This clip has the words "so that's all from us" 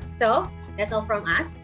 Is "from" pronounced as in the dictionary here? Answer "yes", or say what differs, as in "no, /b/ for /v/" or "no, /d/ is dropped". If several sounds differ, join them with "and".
yes